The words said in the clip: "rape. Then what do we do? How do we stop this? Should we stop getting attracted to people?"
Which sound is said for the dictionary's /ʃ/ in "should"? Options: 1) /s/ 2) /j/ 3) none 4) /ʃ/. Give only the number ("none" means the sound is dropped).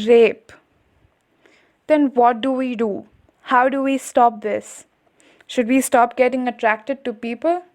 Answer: 4